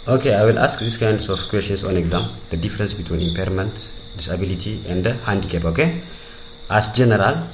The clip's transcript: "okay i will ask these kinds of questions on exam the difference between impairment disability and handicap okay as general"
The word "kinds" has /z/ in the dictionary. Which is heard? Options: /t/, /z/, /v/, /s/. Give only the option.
/s/